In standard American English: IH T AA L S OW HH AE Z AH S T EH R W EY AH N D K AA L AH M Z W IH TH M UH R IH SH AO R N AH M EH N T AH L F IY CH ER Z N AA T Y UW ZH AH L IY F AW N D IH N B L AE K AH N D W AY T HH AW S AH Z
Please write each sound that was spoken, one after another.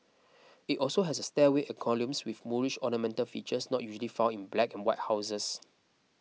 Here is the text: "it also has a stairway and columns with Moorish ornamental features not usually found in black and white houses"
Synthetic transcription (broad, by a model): IH T AA L S OW HH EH S AH S T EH W EY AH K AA L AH M S W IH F M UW R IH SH AO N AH M EH N T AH L F IY CH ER S N AA T Y UW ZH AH L IY F AW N IH N B L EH K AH N W AY T HH AW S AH S